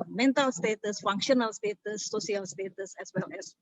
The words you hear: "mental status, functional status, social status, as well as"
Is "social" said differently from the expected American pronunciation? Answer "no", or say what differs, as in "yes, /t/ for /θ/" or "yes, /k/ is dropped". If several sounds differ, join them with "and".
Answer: yes, /ʃ/ is dropped